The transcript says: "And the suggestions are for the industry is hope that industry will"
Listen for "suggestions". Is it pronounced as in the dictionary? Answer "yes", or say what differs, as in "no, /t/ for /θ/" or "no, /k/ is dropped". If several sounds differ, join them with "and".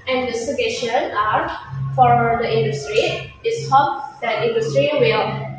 no, /dʒ/ is dropped and /z/ is dropped